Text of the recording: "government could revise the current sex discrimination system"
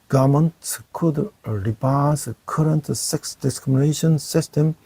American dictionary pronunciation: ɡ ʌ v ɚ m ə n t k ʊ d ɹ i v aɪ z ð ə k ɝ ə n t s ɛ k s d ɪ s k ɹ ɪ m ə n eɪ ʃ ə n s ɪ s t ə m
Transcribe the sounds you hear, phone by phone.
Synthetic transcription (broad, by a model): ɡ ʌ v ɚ m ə n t k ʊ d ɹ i p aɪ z k ɝ ə n t s ɛ k s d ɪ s k ɹ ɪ m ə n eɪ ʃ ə n s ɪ s t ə m